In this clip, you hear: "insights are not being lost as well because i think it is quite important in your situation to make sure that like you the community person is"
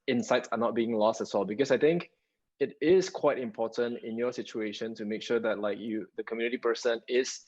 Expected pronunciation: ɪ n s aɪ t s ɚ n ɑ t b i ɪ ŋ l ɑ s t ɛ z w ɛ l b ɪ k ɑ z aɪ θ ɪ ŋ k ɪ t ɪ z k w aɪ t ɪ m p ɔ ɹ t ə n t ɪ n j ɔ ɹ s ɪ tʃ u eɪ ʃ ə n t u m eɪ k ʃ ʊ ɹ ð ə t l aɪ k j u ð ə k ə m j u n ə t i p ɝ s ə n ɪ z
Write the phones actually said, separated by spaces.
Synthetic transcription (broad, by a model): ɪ n s aɪ t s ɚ n ɑ t b i ɪ ŋ l ɑ s t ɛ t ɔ l b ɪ k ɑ s aɪ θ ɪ ŋ k ɪ t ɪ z k w aɪ t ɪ m p ɔ t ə n t ɪ n j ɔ s ɪ tʃ u eɪ ʃ ə n t u m eɪ k ʃ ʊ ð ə t l aɪ k j u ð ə k ə m j u n ə t i p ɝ s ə n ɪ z